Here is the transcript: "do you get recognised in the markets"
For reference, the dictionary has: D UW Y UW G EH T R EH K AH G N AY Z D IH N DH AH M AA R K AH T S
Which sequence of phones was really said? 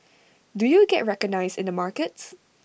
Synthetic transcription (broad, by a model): D UW Y UW G EH T R EH K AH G N AY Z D IH N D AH M AA R K AH T S